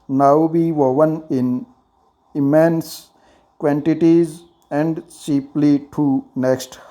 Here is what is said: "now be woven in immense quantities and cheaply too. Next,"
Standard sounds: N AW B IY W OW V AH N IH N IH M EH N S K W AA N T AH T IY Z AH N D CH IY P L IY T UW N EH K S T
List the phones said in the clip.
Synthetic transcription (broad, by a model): N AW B IY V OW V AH N IH N IH M EH N S K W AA N T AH T IY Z AH N D S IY P L IY T UW N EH K S T